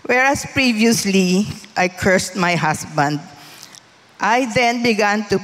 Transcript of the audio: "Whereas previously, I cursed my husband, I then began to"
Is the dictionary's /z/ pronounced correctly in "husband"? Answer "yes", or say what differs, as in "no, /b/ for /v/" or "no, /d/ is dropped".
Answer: no, /s/ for /z/